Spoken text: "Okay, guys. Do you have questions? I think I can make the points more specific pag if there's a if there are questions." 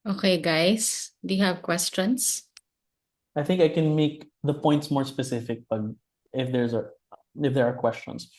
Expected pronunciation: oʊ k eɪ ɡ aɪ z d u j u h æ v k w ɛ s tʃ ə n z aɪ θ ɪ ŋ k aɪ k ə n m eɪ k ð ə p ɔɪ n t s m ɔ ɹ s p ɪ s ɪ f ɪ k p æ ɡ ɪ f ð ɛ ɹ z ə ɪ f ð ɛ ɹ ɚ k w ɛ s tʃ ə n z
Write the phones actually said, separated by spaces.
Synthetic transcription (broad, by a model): oʊ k eɪ ɡ aɪ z d u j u h æ v k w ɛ s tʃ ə n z aɪ θ ɪ ŋ k aɪ k ə n m eɪ k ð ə p ɔɪ n t s m ɔ ɹ s p ɪ s ɪ f ɪ k b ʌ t ɪ f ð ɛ ɹ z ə ɪ f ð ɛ ɹ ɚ k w ɛ s tʃ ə n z